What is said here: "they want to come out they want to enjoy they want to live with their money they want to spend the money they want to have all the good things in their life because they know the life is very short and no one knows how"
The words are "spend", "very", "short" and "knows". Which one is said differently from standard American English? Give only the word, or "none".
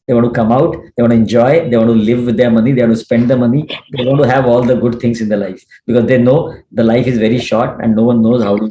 none